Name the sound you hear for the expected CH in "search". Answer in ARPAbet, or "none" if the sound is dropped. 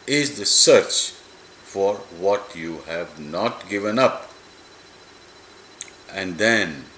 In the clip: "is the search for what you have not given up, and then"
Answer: CH